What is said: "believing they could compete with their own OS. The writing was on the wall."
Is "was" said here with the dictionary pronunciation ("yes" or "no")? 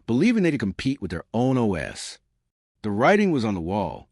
yes